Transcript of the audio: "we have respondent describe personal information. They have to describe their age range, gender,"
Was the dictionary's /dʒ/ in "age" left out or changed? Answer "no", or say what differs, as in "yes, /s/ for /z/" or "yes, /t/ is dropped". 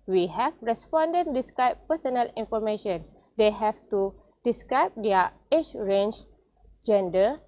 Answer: yes, /tʃ/ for /dʒ/